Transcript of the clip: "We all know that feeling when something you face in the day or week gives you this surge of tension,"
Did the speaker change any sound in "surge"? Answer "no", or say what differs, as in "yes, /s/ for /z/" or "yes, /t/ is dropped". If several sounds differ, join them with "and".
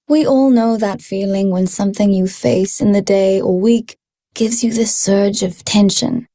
no